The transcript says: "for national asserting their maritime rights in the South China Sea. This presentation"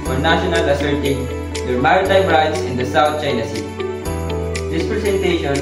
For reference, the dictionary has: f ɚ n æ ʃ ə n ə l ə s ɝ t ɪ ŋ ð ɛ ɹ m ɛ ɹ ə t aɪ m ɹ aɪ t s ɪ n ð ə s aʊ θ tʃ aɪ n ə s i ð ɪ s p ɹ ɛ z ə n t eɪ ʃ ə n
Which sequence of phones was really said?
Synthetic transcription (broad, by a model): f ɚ n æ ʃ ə n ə l ə s ɝ t ɪ ŋ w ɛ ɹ m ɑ ə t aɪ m ɹ aɪ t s ɪ n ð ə s aʊ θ tʃ aɪ n ə s i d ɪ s p ɹ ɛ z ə n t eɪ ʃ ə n